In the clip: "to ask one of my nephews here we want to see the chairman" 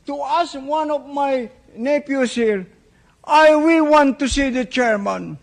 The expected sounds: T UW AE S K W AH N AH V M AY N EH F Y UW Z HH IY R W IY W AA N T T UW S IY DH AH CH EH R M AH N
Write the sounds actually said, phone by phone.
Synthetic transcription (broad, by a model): T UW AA S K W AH N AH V M AY N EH P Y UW S HH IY R W IY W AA N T T UW S IY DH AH CH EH R M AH N